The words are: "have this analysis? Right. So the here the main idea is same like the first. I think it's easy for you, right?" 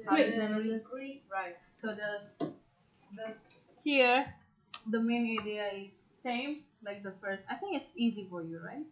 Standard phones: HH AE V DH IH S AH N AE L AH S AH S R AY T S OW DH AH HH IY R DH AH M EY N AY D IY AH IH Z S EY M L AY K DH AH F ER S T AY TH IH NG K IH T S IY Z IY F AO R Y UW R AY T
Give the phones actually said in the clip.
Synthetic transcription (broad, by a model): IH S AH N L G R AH R AY T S OW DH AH HH IY R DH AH M EY N AY D IY AH IH Z S EY M L AY K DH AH F ER S T AY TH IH NG K IH T S IY Z IY F AO R Y UW R AY T